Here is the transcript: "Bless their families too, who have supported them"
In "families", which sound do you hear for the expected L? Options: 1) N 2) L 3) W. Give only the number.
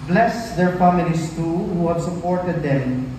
1